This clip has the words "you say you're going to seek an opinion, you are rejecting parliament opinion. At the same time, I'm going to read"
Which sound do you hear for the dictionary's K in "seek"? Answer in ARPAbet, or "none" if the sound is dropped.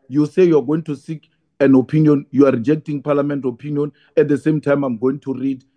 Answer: K